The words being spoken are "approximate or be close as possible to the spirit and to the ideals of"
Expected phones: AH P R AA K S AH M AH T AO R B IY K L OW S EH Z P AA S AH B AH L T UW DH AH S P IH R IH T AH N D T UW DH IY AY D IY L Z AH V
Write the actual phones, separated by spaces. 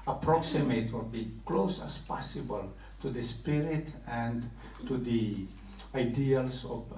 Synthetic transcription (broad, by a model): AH P R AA K S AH M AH T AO L B IY K L OW S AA S P AA S AH B AH L T UW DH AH S P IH R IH T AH N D T UW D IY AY D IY L S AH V